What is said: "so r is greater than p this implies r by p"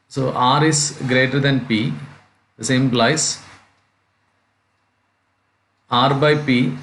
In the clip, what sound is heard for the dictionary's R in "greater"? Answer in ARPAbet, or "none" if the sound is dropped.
R